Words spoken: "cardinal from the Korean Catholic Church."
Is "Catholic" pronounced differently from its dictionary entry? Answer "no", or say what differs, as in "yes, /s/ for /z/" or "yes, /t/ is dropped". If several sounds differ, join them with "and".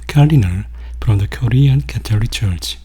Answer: yes, /t/ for /θ/